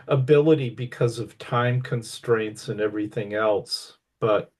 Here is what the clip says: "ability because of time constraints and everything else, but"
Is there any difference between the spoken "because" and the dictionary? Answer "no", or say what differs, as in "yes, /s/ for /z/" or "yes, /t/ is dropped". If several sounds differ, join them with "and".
no